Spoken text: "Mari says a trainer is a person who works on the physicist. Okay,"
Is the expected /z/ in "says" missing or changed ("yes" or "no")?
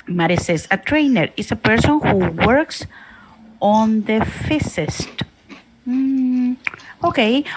yes